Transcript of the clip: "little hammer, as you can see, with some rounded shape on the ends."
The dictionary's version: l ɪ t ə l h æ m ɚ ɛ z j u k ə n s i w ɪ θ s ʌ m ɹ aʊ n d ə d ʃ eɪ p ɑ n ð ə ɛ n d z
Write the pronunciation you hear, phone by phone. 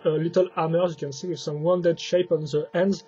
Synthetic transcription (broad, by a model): l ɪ t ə l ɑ m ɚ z j u k ə n s i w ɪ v s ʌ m w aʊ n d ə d ʃ eɪ p ɑ n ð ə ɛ n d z